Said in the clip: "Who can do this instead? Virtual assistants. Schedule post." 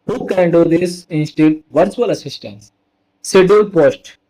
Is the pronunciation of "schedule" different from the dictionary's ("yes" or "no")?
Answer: yes